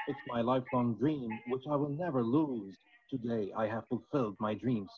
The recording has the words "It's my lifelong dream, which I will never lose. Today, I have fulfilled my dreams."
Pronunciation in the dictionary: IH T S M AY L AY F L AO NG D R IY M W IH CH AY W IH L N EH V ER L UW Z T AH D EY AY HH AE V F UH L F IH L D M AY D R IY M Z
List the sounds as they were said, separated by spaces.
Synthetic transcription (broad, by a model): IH T S M AY L AY F L AO NG D R IY M W IH CH AY W IH L N EH V ER L UW Z T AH D EY AY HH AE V F UH L F IH L D M AY D R IY M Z